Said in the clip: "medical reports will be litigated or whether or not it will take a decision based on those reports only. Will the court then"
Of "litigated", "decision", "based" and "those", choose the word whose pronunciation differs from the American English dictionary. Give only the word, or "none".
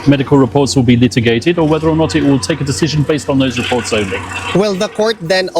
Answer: none